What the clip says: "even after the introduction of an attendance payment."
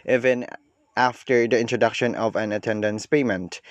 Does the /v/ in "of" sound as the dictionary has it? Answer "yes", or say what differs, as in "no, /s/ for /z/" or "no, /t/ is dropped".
yes